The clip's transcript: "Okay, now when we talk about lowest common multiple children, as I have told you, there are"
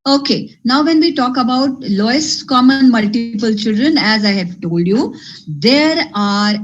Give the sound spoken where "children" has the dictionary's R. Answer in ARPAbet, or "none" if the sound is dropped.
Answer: R